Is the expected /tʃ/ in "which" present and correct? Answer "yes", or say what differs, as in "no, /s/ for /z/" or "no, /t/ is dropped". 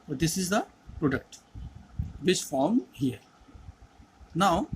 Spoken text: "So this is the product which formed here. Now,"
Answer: no, /s/ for /tʃ/